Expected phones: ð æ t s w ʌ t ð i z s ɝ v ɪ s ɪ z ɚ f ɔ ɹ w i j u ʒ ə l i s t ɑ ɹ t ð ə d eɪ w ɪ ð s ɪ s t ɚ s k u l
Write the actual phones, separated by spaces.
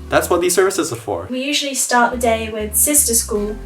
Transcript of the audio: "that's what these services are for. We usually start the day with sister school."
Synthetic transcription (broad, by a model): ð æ t s w ʌ t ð i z s ɝ v ɪ s ɪ z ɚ f ɔ ɹ w i j u ʒ ə l i s t ɑ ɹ t ð ə d eɪ w ɪ ð s ɪ s t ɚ s k u l